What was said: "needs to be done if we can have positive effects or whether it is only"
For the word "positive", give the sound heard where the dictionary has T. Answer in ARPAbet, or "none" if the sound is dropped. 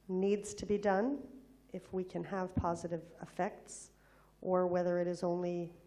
T